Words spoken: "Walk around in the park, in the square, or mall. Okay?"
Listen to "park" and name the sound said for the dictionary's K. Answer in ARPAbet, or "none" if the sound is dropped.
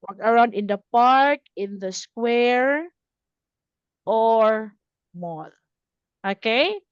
K